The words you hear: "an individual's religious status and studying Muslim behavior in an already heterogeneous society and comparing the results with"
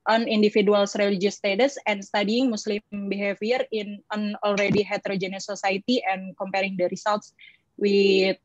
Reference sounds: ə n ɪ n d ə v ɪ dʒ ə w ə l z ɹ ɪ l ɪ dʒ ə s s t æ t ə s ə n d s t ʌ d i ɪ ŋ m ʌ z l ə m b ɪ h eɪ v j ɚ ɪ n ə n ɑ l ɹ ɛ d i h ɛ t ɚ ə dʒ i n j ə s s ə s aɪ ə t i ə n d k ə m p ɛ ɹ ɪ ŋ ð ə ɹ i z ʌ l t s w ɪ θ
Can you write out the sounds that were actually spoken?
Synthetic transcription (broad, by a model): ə n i n d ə f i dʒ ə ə l s ɹ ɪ l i dʒ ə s s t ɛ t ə s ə n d s t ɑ d i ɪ ŋ m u s l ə m b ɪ h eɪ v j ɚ ɪ n ə n ɑ l ɹ ɛ d i h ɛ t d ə dʒ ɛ n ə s s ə s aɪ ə t i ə n k ə m p ɛ ɹ ɪ ŋ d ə ɹ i s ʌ l t s w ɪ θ